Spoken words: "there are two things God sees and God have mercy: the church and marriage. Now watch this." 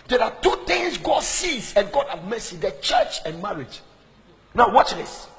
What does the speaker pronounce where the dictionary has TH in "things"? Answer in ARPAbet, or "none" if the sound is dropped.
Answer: T